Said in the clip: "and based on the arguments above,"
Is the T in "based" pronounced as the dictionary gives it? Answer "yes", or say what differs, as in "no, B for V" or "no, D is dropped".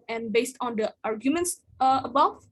yes